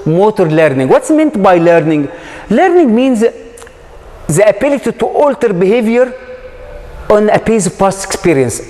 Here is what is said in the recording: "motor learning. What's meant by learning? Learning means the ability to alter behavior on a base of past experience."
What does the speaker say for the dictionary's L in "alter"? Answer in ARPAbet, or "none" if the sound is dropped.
L